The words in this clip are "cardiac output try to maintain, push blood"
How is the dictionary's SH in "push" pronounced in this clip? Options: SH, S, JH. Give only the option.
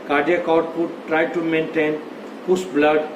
S